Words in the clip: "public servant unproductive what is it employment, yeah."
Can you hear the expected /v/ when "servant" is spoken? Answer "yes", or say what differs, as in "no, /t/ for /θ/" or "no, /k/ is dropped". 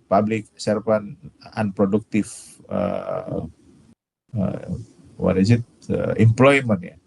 no, /p/ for /v/